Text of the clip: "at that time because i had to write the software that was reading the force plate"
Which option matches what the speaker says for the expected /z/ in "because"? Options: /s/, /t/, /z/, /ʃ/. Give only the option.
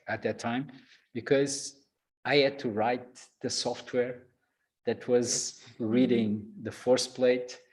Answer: /z/